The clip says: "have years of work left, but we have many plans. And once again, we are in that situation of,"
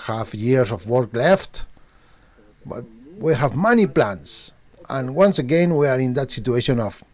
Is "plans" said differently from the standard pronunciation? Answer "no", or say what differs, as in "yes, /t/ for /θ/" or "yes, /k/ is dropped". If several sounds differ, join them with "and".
yes, /s/ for /z/